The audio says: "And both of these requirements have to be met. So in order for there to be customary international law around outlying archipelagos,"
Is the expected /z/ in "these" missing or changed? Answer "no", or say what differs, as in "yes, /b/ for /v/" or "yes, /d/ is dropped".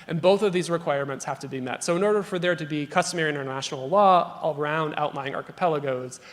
no